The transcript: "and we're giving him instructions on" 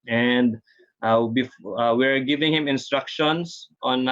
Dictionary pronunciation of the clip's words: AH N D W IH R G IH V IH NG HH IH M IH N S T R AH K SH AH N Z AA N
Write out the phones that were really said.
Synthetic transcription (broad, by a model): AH N D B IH W G IH V IH NG HH IH M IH N S T R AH K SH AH N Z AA N